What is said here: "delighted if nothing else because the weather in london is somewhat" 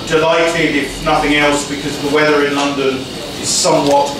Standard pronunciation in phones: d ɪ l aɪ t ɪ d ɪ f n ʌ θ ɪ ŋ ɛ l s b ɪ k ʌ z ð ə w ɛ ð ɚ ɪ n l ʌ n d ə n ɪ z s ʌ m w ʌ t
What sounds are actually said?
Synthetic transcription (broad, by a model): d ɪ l aɪ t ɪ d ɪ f n ʌ θ ɪ ŋ ɛ l s b ɪ k ʌ z ð ə w ɛ ð ɚ ɪ n l ʌ n d ə n ɪ z s ʌ m w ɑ t